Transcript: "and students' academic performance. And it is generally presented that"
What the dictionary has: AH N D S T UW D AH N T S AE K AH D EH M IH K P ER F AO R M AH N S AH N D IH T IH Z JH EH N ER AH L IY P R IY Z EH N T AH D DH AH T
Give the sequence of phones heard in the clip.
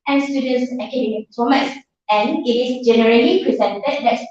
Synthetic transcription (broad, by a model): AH N S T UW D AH N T S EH K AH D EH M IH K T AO M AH S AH N IH T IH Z JH EH N ER AH L IY P R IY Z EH N T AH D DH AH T